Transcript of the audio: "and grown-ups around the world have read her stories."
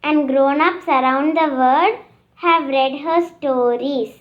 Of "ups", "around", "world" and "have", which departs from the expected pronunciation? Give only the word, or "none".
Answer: world